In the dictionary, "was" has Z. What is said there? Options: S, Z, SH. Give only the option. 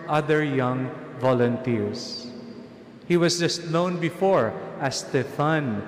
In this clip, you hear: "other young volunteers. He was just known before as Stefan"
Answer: S